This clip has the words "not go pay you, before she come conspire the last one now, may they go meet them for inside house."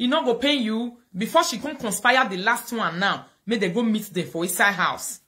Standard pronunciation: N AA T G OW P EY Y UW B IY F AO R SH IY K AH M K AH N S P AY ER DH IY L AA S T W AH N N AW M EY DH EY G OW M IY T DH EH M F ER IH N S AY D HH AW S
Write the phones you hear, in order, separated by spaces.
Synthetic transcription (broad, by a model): N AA G OW P EY Y UW B IY F AO SH IY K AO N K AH N S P AY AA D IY L AA S T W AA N N AW M EY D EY G OW M IY T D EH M F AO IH S AY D HH AW S